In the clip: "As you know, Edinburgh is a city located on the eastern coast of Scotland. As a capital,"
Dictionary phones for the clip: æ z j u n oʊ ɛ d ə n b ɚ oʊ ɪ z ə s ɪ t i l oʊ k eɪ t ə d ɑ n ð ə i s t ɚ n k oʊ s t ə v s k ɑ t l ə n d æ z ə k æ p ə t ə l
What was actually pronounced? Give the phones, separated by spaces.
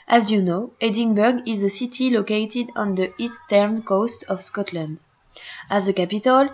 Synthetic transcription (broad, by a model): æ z j u n oʊ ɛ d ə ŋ b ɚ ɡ ɪ z ə s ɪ t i l oʊ k eɪ t ə d ɑ n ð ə i s t ɚ n k oʊ s t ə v s k ɑ t l ə n d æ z ə k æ p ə t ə l